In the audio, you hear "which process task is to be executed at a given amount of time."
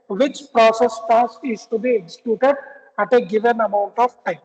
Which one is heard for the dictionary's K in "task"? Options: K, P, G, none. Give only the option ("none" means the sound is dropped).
none